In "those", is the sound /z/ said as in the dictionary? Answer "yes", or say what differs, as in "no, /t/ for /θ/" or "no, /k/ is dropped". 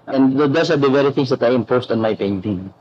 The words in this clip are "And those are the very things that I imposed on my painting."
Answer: no, /s/ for /z/